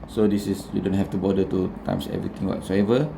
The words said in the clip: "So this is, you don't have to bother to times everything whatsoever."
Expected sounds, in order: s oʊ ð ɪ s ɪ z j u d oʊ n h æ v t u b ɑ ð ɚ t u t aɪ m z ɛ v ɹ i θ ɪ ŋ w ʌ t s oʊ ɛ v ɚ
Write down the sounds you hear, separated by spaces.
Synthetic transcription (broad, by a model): s oʊ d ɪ s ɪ s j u d oʊ n h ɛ f t u b ɑ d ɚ t u t aɪ m s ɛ v ɹ i t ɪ ŋ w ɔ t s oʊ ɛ v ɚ